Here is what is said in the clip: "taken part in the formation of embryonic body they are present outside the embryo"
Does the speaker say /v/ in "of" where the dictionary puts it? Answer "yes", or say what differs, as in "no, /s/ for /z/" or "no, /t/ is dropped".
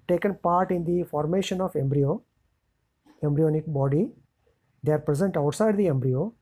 no, /b/ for /v/